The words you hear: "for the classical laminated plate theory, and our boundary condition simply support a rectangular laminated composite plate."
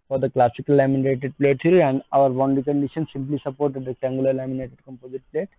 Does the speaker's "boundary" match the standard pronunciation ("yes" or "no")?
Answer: no